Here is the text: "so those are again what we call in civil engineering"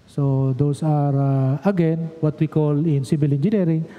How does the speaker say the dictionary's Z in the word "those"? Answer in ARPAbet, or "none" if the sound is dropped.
S